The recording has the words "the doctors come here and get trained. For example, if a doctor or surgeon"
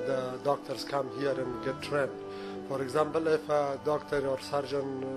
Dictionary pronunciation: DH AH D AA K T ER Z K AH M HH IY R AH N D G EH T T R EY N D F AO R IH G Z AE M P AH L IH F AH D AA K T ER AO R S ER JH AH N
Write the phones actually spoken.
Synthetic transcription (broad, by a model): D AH D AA K T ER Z K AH M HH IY R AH N G EH T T R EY N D F AO R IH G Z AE M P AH L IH F AH D AA K T ER AO R S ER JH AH N